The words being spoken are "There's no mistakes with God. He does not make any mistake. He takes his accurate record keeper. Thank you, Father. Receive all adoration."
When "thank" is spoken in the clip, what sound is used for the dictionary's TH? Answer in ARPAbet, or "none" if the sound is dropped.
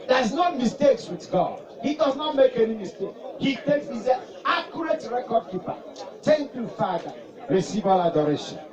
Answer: T